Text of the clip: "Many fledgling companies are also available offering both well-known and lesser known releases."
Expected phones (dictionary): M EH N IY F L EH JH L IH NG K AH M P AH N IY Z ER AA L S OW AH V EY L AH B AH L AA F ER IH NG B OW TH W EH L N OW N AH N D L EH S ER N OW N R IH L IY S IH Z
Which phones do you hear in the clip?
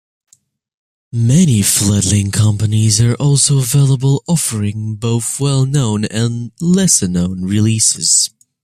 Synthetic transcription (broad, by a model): M EH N IY F L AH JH L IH NG K AH M P AH N IY Z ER AA L S OW AH V EY L AH B AH L AA F ER IH NG B OW TH W EH L N OW N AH N L EH S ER N OW N R IH L IY S IH Z